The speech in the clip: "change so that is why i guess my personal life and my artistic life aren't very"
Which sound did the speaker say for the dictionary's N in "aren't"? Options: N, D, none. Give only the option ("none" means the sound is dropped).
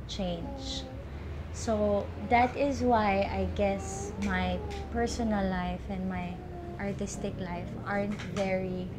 N